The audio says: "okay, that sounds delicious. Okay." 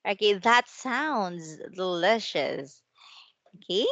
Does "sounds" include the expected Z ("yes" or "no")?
yes